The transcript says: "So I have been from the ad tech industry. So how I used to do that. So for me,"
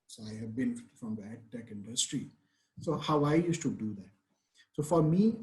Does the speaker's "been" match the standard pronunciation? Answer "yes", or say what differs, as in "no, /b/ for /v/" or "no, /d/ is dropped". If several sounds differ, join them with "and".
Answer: no, /l/ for /n/